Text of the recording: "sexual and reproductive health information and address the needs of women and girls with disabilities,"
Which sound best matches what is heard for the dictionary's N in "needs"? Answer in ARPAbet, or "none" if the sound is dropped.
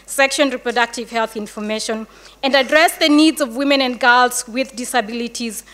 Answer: N